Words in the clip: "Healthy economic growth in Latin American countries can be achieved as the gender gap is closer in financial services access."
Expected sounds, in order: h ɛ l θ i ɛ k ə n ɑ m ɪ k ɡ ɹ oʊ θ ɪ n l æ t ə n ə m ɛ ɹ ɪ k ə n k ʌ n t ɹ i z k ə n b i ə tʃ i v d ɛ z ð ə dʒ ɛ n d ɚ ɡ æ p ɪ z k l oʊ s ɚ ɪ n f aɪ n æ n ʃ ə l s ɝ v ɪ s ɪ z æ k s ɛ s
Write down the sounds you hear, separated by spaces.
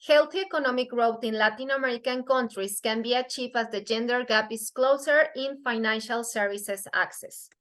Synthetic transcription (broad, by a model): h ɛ l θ i ɛ k ə n ɑ m ɪ k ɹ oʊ t ɪ n l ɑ t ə n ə m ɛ ɹ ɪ k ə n k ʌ n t ɹ i s k ə n b i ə tʃ i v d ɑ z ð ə dʒ ɛ n d ɚ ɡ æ p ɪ s k l oʊ s ɚ ɪ n f aɪ n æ n ʃ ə l s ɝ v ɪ s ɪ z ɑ k s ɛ s